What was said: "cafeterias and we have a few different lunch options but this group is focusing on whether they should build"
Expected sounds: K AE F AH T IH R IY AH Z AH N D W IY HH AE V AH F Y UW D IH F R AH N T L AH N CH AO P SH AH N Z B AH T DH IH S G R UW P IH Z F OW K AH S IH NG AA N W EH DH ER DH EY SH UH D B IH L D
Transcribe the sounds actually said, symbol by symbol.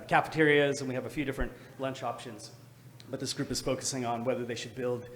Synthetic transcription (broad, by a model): K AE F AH T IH R IY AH Z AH N W IY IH V AH F Y UW D IH F R AH N T L AH N CH AO P SH AH N Z B AH T DH IH S G R UW P IH Z F OW K AH S IH NG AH N W EH DH ER DH EY SH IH D B IH L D